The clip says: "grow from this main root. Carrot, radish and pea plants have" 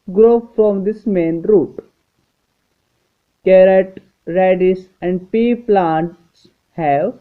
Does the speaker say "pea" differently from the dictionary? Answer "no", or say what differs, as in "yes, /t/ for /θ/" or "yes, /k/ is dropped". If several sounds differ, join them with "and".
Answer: no